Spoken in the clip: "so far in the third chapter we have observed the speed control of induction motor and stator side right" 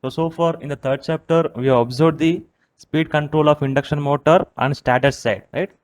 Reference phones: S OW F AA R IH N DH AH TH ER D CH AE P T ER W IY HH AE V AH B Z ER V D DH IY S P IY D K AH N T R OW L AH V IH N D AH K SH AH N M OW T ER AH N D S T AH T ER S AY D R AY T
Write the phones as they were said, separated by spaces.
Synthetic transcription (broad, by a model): S OW F AA R IH N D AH T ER D CH AE P T ER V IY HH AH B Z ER B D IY S P IY D K AH N T R OW L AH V IH N D AH K SH AH N M OW T ER AH N D S T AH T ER S AY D R AY T